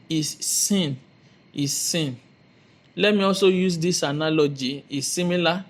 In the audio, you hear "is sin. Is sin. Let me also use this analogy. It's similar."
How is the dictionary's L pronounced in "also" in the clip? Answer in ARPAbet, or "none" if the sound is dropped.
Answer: L